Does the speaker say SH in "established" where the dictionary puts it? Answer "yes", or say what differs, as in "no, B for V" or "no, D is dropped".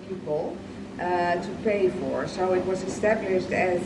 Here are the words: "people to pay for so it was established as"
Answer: yes